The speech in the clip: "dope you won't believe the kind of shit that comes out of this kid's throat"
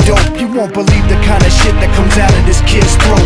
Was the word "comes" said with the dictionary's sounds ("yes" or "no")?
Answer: yes